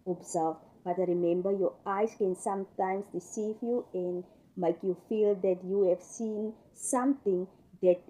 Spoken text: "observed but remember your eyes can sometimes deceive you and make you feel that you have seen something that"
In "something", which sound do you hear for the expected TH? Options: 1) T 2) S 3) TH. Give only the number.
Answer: 1